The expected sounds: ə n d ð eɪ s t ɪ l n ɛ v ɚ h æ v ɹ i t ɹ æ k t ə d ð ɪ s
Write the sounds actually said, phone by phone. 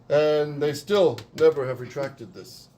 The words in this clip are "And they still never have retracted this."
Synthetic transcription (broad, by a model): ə n ð eɪ s t ɪ l n ɛ v ɚ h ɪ v ɹ i t ɹ æ k t ə d ð ɪ s